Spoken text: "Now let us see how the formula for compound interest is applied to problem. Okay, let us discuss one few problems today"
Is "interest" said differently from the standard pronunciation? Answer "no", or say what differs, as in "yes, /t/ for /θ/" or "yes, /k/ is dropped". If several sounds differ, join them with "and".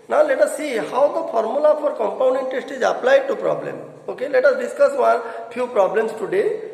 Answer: yes, /ɹ/ is dropped